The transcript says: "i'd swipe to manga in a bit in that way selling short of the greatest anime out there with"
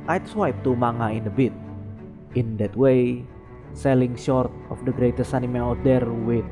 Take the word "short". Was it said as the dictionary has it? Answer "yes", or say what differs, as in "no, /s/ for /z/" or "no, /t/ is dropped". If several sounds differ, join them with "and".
yes